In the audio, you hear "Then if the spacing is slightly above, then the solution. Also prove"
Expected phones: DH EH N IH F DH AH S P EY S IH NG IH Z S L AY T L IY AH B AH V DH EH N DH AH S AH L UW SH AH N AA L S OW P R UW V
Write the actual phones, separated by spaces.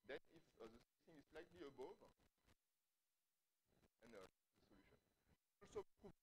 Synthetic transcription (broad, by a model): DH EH N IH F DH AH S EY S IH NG IH Z S L AY T L IY AH B AH V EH N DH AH S AH L UW SH AH N AA L S OW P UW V